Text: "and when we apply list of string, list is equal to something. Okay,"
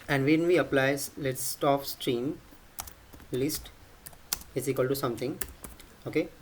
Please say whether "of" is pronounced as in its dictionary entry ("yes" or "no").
no